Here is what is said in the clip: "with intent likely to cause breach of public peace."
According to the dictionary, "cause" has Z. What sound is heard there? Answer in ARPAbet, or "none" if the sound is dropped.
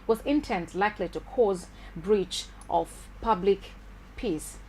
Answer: Z